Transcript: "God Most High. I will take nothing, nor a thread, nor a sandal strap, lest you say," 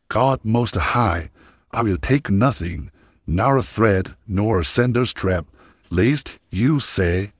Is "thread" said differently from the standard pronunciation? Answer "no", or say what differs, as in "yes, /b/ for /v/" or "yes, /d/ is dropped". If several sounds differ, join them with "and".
no